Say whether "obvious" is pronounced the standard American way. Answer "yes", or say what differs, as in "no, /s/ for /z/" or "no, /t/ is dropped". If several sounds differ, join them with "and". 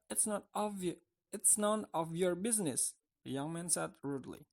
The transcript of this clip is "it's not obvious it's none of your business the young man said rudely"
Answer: no, /b/ is dropped and /s/ is dropped